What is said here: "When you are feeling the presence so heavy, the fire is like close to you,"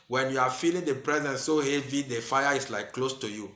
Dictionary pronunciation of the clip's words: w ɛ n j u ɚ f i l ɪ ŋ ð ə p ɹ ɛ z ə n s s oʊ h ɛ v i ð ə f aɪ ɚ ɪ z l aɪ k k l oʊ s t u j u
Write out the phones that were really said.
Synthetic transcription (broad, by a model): w ɛ n j u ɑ f i l ɪ ŋ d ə p ɹ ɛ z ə n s s oʊ h ɛ v i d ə f aɪ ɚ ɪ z l aɪ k k l oʊ s t u j u